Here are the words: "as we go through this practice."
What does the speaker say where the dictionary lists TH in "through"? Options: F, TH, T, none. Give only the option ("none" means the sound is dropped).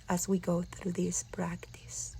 TH